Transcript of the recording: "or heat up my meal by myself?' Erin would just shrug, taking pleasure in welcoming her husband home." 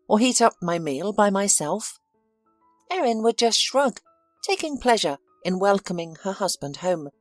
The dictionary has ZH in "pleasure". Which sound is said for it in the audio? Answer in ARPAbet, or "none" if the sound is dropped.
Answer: ZH